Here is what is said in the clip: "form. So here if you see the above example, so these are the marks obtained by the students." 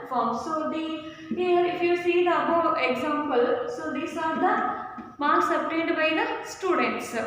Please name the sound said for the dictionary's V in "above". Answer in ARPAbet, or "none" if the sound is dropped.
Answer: none